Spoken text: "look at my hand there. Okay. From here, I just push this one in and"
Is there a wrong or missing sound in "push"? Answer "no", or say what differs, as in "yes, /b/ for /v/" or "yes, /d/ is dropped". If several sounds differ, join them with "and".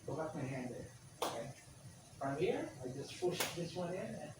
yes, /f/ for /p/